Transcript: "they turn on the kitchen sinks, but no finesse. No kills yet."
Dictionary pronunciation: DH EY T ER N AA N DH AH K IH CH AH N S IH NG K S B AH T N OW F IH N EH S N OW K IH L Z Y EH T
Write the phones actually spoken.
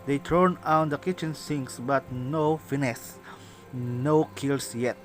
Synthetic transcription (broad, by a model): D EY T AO N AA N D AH K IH CH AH N S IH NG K S B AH T N OW F IH N EH S N OW K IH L S Y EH T